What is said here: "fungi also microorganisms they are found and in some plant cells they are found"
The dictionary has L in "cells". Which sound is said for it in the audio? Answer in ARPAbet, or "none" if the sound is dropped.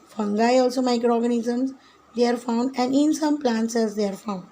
none